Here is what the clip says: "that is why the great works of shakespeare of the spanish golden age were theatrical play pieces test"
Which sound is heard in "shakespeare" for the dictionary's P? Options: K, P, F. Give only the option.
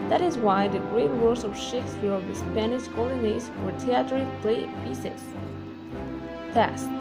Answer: F